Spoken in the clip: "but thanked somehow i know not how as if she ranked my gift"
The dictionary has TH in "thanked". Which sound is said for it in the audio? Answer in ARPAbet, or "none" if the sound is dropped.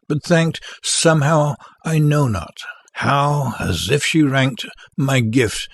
TH